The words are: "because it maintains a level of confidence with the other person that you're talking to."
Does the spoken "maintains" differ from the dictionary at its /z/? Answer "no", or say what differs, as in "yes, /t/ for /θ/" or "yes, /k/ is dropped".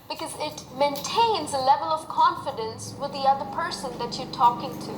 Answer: no